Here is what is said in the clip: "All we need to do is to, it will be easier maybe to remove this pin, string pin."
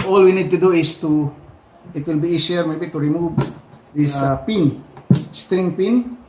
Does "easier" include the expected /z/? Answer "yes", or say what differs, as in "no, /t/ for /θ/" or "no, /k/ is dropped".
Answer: no, /s/ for /z/